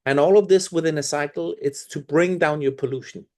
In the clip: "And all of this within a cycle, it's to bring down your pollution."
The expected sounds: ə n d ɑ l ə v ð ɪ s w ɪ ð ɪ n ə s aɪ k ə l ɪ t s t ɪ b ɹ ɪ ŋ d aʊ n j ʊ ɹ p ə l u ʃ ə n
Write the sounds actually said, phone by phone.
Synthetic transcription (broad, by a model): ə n ɑ l ə v ð ɪ s w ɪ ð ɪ n ə s aɪ k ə l ɪ t s t ɪ b ɹ ɪ ŋ d aʊ n j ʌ ɹ p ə l u ʃ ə n